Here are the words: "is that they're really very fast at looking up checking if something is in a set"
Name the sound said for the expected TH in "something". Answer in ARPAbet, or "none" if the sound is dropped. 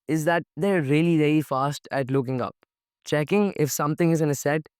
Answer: T